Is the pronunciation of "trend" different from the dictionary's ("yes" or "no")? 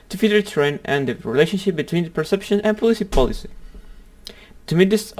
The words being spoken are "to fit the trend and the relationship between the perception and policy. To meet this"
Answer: yes